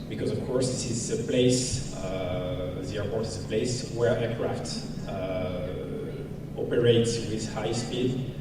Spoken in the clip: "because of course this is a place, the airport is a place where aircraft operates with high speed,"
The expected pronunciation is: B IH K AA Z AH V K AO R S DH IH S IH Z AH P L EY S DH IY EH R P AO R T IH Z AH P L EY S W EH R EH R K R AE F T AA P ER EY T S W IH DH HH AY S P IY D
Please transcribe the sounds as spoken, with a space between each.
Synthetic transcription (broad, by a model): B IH K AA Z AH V K AO R S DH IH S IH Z AH P L EY S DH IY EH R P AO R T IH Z AH P L EY S W EH R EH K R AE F T AA P ER EY T S W IH DH HH AY S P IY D